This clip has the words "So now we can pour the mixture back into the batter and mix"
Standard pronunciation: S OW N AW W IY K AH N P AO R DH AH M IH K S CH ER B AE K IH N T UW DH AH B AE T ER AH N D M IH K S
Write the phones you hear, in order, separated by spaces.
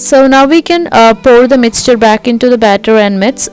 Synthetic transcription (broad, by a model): S OW N AW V IY K AH N P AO R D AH M IH K S CH ER B AE K IH N T UW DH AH B AE T ER AH N D M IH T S